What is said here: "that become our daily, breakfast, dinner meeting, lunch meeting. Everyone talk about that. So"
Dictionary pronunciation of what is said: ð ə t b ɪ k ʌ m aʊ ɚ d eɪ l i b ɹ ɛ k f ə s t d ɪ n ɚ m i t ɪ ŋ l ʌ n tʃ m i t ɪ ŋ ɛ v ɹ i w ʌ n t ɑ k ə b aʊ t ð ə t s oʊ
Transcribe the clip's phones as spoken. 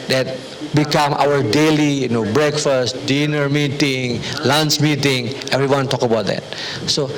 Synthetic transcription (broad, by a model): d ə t b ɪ k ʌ m aʊ ɚ d eɪ l i b ɹ ɛ k f ə s t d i n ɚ m i t ɪ ŋ l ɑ n s m i t ɪ ŋ ɛ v ɹ i w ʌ n t ɑ k ə b aʊ t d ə t s oʊ